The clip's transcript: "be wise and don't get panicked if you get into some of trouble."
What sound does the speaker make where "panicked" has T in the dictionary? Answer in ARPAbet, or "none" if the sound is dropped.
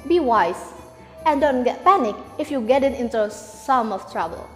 none